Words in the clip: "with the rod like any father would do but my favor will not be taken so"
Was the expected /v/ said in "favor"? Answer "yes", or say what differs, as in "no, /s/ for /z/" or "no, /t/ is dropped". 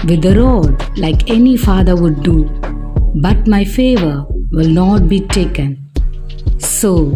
yes